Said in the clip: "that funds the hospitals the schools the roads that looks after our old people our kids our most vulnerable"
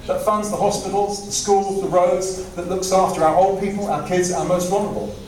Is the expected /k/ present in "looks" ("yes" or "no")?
yes